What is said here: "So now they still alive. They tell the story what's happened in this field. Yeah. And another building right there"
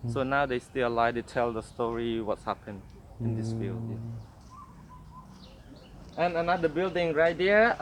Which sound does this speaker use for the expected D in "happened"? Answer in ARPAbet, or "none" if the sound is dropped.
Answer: none